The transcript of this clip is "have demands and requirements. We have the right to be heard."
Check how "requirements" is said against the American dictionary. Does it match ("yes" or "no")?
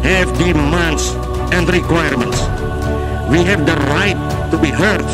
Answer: yes